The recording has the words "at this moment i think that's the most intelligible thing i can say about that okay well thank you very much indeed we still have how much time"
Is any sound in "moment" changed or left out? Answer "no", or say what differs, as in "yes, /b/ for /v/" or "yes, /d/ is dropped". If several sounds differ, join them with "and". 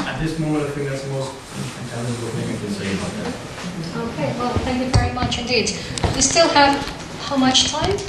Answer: yes, /t/ is dropped